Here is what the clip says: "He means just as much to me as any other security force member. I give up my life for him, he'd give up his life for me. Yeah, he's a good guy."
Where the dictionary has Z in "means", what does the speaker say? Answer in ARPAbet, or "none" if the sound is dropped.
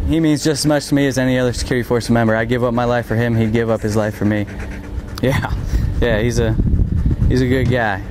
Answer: Z